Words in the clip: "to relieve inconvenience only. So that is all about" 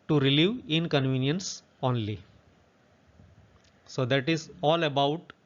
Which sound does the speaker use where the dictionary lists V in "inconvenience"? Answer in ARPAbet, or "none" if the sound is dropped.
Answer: V